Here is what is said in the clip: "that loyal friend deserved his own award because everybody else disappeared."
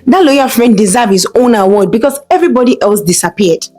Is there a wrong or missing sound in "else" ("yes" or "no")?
no